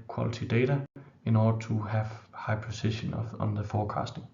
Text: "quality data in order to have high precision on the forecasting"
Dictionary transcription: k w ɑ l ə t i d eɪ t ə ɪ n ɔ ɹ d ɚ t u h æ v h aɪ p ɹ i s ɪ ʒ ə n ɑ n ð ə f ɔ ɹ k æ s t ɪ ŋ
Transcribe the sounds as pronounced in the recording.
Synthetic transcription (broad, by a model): k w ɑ l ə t i d eɪ t ə ɪ n ɔ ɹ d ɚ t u h æ v h aɪ p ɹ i s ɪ ʃ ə n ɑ n ð ə f ɔ k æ s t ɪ ŋ